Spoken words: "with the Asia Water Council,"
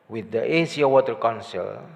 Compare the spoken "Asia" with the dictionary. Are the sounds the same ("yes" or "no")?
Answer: no